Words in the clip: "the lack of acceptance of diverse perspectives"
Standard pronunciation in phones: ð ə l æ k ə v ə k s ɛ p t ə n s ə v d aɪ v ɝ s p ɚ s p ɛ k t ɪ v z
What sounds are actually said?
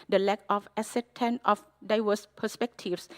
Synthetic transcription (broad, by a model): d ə l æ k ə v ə s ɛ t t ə n ə f d aɪ v ɝ s p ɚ s p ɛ k t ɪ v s